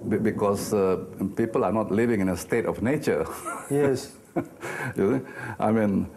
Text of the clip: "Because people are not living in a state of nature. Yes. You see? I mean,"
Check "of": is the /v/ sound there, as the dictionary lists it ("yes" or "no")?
no